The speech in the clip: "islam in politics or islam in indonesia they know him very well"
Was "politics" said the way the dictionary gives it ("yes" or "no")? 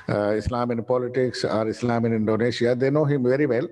yes